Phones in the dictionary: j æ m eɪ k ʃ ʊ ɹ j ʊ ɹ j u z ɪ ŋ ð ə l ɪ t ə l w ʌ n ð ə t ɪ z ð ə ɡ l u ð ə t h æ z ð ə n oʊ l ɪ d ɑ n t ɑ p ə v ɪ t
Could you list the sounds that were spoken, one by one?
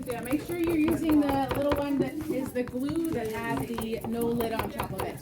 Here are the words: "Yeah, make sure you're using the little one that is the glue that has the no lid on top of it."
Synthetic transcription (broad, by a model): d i m eɪ k ʃ ʊ ɹ j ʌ ɹ j u z ɪ ŋ ð ə l ɪ t l w ʌ n ð ə t ɪ z ð ə ɡ l u ð ə t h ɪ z ð ə n oʊ l ɪ d n t ɑ p ə v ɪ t